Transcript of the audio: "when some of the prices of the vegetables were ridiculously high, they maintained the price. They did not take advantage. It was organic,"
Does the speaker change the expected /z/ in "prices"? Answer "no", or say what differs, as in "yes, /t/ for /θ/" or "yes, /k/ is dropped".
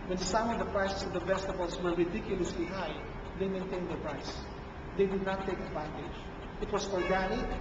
yes, /s/ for /z/